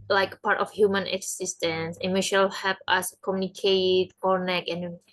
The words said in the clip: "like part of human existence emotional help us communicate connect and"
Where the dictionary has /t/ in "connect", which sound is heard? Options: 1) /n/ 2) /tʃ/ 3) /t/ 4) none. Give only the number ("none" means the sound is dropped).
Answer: 4